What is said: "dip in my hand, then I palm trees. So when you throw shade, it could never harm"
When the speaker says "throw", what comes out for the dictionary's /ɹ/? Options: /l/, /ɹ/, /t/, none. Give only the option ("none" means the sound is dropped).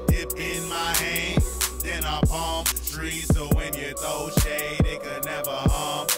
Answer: none